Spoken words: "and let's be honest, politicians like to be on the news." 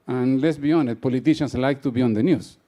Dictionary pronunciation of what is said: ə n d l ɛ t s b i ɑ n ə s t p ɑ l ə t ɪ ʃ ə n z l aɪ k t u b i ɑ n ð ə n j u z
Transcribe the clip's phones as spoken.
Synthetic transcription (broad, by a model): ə n l ɛ t s b i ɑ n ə t p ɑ l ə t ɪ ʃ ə n s l aɪ k t u b i ɑ n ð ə n j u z